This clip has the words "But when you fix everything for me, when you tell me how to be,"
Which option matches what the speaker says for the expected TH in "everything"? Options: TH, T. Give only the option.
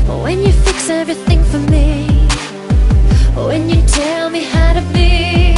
TH